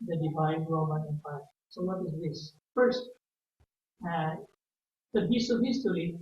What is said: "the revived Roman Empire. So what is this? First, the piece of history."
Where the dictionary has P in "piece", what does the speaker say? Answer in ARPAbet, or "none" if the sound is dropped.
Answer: B